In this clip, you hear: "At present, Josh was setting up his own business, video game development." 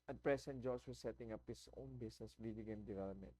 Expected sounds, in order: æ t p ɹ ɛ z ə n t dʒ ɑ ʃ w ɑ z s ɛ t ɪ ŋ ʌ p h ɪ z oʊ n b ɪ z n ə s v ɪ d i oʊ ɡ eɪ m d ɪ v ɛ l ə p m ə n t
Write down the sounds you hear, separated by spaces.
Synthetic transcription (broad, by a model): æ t p ɹ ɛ s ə n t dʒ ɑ s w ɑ s ɛ t ɪ ŋ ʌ p h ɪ s oʊ n b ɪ s n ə s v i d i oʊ ɡ eɪ m d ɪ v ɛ l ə p m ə n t